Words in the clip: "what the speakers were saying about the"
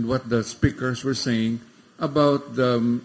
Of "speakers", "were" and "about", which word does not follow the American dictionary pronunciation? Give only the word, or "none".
speakers